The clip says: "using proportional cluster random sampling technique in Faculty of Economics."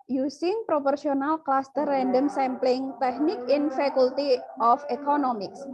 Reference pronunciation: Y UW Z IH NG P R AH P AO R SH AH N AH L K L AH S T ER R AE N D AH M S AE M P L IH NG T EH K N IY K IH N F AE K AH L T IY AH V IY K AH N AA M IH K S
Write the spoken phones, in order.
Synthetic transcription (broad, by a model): Y UW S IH NG P R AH P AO R S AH N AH L K L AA S T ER R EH N D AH M S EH M P L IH NG T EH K N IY K IH N F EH K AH L T IY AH F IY K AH N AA M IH K S